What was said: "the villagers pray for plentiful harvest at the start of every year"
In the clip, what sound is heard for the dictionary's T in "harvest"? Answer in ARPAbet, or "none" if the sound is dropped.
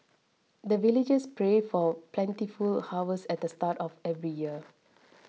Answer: none